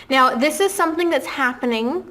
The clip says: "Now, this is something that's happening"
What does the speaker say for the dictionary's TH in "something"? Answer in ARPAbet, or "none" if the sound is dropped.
TH